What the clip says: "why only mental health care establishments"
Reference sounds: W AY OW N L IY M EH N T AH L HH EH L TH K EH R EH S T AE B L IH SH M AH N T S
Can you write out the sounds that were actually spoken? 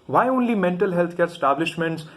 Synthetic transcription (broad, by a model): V AY OW N L IY M EH N T AH L HH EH L T K EH R S T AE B L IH SH M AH N T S